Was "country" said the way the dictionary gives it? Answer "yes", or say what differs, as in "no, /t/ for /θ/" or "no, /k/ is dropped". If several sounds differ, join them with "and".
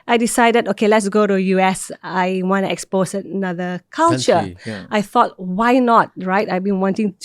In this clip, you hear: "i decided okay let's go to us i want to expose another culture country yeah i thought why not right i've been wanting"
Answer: no, /n/ is dropped and /ɹ/ is dropped